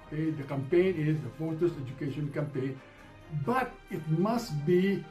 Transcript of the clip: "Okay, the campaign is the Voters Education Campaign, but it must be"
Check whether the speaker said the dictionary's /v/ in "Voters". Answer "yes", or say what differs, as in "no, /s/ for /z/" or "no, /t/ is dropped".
no, /f/ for /v/